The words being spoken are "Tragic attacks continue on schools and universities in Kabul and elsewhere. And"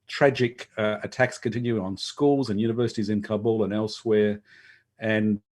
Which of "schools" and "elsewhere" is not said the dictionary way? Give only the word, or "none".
none